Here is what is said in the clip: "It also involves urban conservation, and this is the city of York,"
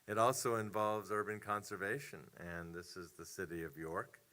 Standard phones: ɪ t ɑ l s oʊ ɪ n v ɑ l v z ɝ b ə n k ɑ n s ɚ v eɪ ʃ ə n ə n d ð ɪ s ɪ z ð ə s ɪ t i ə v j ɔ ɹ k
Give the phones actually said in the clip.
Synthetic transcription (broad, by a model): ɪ t ɑ l s oʊ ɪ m v ɑ l v z ɝ b ə n k ɑ n s ɚ v eɪ ʃ ə n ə n ð ɪ s ɪ z ð ə s ɪ t i ə v j ɔ ɹ k